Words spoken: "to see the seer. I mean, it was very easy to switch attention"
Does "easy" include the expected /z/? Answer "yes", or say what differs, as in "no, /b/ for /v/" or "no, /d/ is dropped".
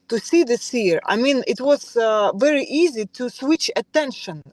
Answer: yes